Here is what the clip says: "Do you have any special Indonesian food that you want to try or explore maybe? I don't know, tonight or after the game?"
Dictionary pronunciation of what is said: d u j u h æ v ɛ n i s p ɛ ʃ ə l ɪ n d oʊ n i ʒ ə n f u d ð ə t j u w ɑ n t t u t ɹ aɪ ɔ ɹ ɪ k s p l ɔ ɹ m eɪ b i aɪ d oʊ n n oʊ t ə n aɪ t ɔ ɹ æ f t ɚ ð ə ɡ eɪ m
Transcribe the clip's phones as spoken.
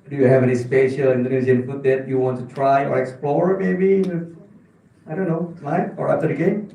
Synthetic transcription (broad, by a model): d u j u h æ v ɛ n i s p ɛ ʃ ə l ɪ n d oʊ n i z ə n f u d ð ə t j u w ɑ n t t u t ɹ aɪ ɔ ɹ ɪ k s p l ɔ ɹ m eɪ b i aɪ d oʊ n n oʊ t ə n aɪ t ɔ ɹ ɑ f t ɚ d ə ɡ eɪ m